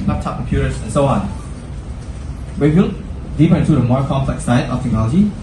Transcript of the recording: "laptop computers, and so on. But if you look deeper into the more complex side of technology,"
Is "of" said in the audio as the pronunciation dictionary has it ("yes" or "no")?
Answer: no